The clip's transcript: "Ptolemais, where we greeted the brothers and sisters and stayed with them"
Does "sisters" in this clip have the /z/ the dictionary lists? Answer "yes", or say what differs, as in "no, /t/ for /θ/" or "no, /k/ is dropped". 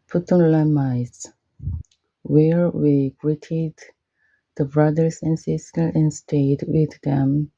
no, /z/ is dropped